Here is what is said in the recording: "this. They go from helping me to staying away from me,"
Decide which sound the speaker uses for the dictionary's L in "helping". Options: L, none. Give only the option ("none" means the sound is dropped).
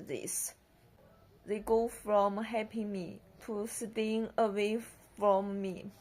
none